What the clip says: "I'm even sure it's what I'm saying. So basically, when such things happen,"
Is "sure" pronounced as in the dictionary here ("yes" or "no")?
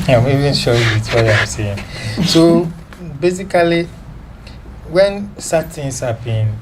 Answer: no